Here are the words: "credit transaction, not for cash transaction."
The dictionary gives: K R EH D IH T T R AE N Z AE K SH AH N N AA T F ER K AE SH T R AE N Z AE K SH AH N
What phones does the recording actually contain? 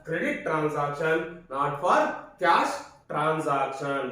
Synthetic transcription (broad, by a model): K R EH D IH T T R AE N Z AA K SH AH N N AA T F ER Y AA S T R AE N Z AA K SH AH N